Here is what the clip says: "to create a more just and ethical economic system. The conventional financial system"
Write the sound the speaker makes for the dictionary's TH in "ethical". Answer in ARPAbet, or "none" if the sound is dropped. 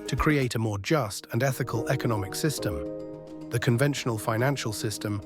TH